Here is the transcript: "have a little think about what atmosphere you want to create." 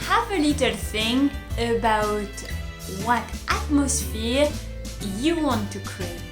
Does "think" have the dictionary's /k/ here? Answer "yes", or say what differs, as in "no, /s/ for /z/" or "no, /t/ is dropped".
no, /k/ is dropped